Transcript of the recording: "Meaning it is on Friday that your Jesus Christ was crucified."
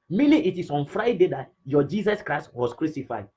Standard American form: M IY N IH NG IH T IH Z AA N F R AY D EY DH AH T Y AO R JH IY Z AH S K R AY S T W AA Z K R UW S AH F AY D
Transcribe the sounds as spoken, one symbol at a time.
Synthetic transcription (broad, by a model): M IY N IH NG IH T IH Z AA N F R AY D EY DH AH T Y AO JH IY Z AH S K R AY S T W AA S K R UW S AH F AY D